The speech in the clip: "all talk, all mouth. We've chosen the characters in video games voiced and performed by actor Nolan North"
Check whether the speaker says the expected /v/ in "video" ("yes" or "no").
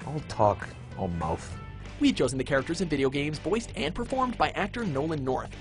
yes